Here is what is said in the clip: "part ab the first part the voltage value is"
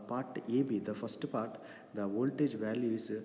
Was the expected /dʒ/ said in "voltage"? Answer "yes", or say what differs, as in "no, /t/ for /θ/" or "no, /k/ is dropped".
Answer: yes